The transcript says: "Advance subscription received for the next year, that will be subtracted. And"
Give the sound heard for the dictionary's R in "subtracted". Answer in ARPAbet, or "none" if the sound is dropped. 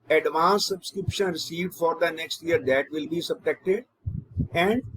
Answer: none